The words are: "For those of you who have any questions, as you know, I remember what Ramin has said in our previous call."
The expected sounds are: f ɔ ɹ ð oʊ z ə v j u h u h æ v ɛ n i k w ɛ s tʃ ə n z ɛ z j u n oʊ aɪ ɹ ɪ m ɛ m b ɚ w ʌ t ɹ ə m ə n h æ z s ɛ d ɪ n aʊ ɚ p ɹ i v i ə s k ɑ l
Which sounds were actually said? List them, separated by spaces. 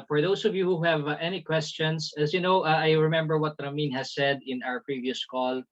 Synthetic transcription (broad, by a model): f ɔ ɹ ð oʊ s ə v j u h u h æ v ɛ n i k w ɛ s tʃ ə n s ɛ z j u n oʊ aɪ ɹ ɪ m ɛ m b ɚ w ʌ t ɹ ə m ə n h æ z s ɛ d ɪ n aʊ ɚ p ɹ i v i ə s k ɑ l